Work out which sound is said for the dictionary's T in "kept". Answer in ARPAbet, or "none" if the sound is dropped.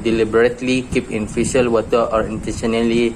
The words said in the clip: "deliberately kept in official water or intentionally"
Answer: none